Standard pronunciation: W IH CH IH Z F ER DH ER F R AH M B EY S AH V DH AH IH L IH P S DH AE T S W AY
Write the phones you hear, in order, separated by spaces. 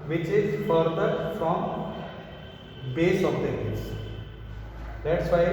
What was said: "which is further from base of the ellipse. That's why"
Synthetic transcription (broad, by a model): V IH CH IH Z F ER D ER F R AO M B EY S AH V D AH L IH S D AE T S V AY